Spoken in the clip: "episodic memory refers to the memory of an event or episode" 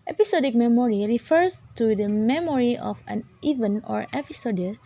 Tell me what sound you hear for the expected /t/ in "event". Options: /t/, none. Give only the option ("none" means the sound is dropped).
none